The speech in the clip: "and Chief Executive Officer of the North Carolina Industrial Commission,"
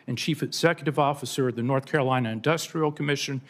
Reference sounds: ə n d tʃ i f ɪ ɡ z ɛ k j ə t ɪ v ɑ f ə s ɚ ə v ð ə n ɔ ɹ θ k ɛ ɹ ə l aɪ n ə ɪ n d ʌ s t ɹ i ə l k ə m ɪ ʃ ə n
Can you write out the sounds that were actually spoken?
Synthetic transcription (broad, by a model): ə n tʃ i f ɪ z ɛ k j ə t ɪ v ɑ f ə s ɚ ə v ð ə n ɔ ɹ θ k ɛ ɹ ə l aɪ n ə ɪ n d ʌ s t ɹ i l k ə m ɪ ʃ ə n